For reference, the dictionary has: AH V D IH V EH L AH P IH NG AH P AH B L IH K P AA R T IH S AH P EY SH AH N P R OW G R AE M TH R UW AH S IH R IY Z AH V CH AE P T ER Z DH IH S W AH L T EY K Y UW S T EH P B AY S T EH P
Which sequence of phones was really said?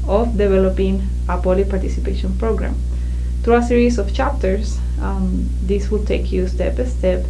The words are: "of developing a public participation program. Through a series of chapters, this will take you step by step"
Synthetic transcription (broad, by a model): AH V D IH V EH L AH P IH NG AH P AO L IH P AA R T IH S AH P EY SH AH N P R OW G R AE M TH R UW AH S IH R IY S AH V CH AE P T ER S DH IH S W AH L T EY K Y UW S T EH P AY S T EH P